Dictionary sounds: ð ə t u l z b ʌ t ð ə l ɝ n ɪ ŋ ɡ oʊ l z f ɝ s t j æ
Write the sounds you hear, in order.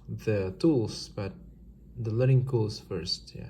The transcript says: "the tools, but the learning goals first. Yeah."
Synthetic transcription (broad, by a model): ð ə t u l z b ʌ t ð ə l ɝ ɪ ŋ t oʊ l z f ɝ s t j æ